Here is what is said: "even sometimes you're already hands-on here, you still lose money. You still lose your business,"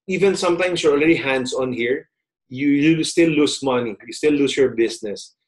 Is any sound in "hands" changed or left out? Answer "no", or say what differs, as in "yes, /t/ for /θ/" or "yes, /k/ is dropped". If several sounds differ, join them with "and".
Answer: yes, /s/ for /z/